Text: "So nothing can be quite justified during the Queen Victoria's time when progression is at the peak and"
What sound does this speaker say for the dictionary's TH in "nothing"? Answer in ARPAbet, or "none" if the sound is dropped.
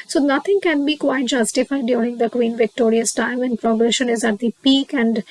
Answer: T